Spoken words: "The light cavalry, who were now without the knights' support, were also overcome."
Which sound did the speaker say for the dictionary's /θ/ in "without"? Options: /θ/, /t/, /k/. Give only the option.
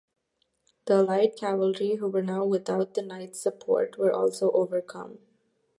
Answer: /t/